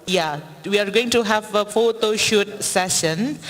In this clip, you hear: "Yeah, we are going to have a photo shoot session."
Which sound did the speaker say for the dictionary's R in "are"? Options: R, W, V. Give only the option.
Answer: R